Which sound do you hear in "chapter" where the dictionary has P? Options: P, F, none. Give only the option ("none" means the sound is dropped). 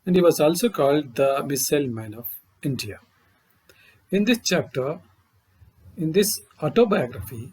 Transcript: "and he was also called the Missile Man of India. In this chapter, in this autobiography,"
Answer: P